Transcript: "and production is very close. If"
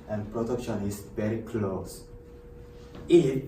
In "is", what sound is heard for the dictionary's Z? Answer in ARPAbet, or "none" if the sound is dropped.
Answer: S